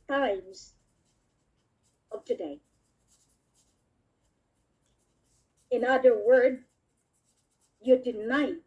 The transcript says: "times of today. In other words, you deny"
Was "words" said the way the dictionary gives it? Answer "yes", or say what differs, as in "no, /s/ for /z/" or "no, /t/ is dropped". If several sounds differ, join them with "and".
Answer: no, /z/ is dropped